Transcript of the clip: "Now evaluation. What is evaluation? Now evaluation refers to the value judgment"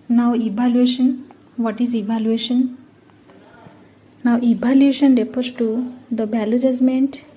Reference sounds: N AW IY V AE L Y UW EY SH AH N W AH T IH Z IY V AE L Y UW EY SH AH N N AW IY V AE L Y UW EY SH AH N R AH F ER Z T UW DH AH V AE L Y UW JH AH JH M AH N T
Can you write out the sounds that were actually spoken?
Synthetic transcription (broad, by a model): N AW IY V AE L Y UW EY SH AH N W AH T IH Z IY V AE L Y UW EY SH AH N N AW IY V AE L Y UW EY SH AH N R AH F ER S T UW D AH B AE L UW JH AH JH M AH N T